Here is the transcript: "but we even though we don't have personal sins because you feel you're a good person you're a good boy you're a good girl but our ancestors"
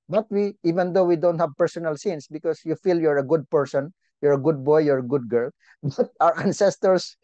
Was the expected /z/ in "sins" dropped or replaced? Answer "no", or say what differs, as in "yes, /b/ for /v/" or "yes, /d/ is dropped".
yes, /s/ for /z/